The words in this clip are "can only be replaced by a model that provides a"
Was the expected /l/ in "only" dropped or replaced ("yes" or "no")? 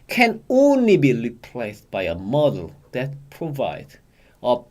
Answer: no